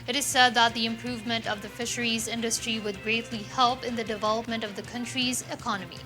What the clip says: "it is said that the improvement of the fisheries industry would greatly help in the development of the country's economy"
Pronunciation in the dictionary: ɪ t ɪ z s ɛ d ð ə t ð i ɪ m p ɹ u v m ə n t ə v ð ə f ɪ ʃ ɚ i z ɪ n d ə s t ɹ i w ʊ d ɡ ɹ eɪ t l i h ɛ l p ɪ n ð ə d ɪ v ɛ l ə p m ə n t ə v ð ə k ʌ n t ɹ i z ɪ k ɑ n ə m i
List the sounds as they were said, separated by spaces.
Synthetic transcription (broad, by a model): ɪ t ɪ z s ɛ d ð ə t ð i ɪ m p ɹ u v m ə n t ə v ð ə f ɪ ʃ ɚ i z ɪ n d ə s t ɹ i w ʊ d ɡ ɹ eɪ t l i h ɛ l p ɪ n ð ə d ɪ v ɛ l ə p m ə n t ə v ð ə k ʌ n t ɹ i z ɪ k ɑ n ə m i